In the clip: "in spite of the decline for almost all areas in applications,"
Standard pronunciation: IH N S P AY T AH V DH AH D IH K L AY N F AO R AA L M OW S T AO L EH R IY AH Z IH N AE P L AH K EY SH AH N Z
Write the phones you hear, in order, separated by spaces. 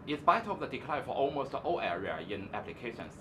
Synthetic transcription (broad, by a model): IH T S B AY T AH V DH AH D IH K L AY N F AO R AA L M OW S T AO L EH R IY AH IH N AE P L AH K EY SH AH N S